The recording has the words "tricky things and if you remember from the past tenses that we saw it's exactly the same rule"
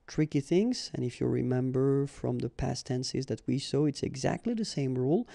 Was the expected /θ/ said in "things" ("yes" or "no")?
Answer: yes